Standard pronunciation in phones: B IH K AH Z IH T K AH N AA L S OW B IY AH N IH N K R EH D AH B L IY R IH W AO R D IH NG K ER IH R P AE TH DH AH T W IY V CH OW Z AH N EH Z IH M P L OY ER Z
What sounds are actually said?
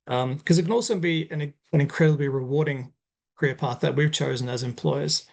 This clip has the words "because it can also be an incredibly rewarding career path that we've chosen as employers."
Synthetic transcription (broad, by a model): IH K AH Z IH T K AH N AA L S OW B IY AH N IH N K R EH D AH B L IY R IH W AO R D IH NG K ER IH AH P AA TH DH AH T W IY V CH OW Z AH N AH Z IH M P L OY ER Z